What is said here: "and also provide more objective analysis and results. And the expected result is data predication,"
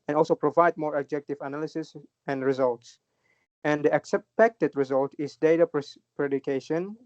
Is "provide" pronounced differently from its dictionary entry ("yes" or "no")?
no